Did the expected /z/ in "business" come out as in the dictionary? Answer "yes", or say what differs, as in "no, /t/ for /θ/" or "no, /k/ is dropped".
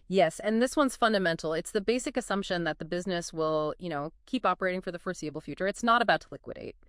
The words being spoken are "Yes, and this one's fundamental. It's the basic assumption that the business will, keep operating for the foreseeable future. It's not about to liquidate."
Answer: yes